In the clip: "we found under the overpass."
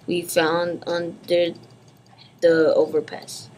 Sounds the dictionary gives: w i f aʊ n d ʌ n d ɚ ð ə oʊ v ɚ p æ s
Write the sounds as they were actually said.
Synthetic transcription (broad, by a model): w i f aʊ n d ʌ n d ɚ ð ə oʊ v ɚ p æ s